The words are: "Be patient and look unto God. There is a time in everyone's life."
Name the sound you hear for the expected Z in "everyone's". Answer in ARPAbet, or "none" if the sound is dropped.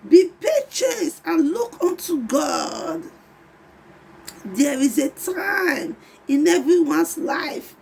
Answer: S